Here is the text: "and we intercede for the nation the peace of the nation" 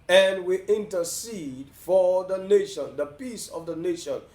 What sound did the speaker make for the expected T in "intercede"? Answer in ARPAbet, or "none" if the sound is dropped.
T